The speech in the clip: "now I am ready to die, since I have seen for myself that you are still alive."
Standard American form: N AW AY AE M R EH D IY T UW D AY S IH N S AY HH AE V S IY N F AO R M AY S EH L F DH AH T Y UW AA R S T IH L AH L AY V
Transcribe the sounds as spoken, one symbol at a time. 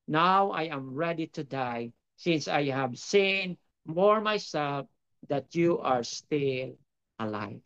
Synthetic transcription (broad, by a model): N AW AY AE M R EH D IY T UW D AY S IH N S AY HH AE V S IY N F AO R M AY S EH L F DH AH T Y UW AA R S T IH L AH L AY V